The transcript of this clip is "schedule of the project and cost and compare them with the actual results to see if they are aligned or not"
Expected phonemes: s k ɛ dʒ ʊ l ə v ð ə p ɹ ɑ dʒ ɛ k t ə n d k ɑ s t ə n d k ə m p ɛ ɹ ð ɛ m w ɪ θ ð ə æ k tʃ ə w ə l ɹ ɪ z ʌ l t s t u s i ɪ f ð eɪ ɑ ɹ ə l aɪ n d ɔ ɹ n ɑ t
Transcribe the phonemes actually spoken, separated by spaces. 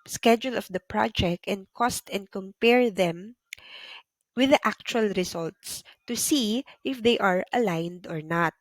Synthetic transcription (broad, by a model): s k ɛ dʒ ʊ l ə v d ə p ɹ ɑ dʒ ɛ k t ə n d k ɑ s t ə n d k ə m p ɛ ɹ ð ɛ m w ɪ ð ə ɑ k tʃ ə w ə l ɹ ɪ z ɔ l t s t u s i ɪ f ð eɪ ɑ ɹ ə l aɪ n d ɔ ɹ n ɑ t